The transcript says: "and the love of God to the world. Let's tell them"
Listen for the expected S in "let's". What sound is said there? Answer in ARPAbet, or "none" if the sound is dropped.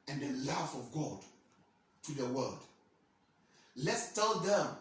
S